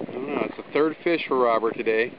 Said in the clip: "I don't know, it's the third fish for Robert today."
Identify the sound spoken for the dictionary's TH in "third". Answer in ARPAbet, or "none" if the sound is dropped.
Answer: TH